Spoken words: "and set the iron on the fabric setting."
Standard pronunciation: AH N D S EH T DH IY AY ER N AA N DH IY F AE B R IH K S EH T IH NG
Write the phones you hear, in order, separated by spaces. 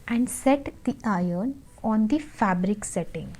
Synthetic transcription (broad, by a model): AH N D S EH T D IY AY ER N AA N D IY F AE B R IH K S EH T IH NG